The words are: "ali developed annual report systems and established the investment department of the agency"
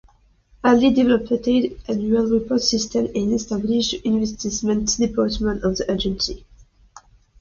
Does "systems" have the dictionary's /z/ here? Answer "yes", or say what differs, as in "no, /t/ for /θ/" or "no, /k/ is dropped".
no, /z/ is dropped